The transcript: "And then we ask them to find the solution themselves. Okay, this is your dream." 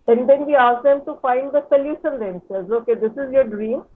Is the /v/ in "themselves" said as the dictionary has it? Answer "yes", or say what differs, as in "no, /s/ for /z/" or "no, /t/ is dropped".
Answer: no, /v/ is dropped